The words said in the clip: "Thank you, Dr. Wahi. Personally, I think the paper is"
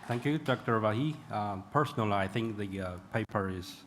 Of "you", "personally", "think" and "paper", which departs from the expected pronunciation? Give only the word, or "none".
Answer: none